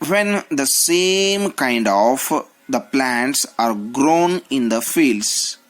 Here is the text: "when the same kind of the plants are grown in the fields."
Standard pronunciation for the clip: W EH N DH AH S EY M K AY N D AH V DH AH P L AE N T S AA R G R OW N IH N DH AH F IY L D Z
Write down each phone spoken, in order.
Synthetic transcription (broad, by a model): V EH N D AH S EY M K AY N D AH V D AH P L AE N T S AA R G R OW N IH N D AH F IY L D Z